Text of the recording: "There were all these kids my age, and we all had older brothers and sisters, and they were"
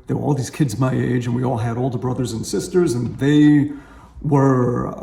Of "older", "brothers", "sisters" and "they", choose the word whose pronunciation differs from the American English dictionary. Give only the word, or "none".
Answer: none